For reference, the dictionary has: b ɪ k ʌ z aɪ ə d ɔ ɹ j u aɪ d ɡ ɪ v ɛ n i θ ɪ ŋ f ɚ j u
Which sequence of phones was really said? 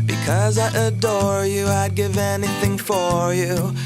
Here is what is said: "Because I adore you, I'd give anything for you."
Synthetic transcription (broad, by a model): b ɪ k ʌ z aɪ ə d ɔ ɹ j u aɪ d ɡ ɪ v ɛ n i θ ɪ ŋ f ɚ j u